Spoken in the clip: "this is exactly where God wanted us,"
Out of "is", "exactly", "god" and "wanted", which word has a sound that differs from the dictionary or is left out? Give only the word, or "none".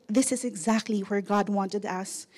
none